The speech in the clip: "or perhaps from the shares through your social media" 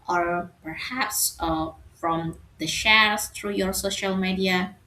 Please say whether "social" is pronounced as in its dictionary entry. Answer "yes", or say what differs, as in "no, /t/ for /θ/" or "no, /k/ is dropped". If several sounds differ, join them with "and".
yes